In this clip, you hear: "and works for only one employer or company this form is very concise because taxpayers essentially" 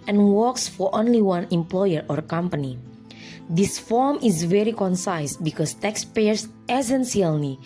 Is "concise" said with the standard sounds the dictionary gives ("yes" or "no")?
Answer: yes